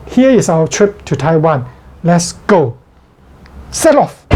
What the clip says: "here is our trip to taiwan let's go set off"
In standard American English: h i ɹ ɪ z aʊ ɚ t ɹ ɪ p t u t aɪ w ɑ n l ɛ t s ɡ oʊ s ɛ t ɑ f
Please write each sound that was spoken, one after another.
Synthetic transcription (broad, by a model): h i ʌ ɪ s aʊ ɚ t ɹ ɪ p t u t aɪ w ɑ n l ɛ t s ɡ oʊ s ɛ t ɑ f